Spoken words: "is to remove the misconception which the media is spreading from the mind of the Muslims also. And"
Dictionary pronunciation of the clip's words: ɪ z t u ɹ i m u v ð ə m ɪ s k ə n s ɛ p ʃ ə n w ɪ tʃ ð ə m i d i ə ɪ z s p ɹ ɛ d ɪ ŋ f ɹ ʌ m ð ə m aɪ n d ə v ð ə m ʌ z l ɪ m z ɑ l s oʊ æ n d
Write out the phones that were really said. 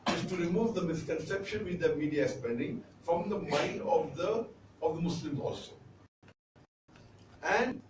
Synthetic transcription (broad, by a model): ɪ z t u ɹ i m u v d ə m ɪ s k ə n s ɛ p ʃ ə n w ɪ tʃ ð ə m i d i ə s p ɛ d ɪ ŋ f ɹ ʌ m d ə m aɪ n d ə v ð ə m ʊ s l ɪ m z ɑ l s oʊ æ n d